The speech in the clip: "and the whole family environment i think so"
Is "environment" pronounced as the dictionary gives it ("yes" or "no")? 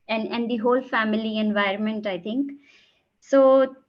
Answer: yes